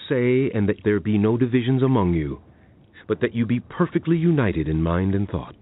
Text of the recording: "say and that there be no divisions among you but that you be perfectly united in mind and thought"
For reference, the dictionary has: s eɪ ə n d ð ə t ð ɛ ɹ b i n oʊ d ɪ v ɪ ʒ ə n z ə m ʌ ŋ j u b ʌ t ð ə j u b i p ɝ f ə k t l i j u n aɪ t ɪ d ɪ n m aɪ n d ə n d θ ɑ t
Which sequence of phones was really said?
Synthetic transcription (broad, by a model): s eɪ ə n ð ə t ð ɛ ɹ b i n oʊ d ɪ v ɪ ʒ ə n z ə m ʌ ŋ j u b ʌ t ð ə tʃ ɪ b i p ɝ f ə k t l i j u n aɪ t ɪ d ɪ n m aɪ n d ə n θ ɑ t